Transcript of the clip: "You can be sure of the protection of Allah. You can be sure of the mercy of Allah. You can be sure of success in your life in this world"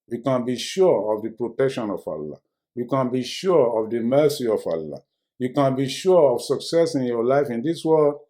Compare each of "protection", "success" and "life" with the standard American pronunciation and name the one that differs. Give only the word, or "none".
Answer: none